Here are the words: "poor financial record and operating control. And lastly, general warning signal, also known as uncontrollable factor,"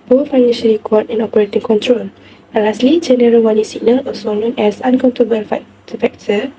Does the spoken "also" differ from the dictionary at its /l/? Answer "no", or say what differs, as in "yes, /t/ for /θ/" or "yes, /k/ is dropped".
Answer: yes, /l/ is dropped